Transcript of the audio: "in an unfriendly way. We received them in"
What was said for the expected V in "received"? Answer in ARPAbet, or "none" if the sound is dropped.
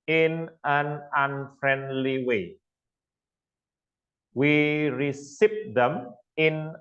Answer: P